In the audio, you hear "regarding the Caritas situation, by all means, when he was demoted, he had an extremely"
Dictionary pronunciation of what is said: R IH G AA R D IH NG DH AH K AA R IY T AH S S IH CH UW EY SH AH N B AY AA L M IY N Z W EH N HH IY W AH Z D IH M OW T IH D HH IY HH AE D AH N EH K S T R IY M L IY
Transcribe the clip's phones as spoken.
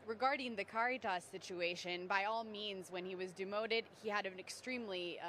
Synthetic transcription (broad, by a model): R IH G AA R D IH NG DH AH K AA R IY T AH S S IH CH UW EY SH AH N B AY AA L M IY N Z W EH N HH IY W AH Z D IH M OW T IH D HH IY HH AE D AH N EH K S T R IY M L IY